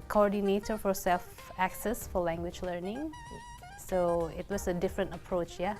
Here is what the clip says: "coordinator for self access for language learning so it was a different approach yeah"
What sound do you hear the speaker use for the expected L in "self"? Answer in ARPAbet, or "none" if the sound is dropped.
L